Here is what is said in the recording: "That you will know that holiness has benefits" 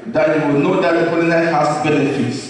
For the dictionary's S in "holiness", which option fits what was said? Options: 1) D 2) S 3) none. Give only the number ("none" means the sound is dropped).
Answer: 3